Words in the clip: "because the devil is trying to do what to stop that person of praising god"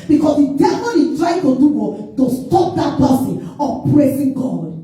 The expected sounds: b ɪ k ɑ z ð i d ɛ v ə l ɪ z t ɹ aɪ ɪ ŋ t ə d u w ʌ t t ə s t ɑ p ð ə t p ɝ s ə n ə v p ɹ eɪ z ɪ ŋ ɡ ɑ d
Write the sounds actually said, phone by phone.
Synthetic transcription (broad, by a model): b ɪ k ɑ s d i d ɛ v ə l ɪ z t ɹ aɪ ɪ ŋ t ə d u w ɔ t t ə s t ɑ p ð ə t b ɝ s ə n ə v p ɹ eɪ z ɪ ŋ ɡ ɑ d